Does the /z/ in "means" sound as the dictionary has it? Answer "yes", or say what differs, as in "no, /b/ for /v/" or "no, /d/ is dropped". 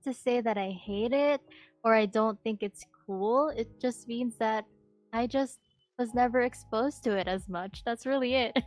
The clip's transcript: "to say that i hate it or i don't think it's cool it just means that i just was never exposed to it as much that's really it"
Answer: yes